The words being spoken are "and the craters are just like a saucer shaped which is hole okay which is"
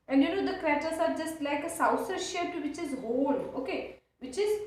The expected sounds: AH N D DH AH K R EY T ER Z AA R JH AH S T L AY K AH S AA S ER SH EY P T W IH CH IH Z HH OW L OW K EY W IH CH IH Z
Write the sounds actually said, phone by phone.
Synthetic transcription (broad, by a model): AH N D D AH K R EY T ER S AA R JH AH S T L AY K AH S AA S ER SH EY T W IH CH IH Z HH OW L OW K EY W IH CH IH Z